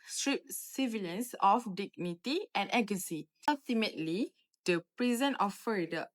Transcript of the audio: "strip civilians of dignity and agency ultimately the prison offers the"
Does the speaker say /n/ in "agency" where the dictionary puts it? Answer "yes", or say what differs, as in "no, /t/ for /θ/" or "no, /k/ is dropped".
no, /n/ is dropped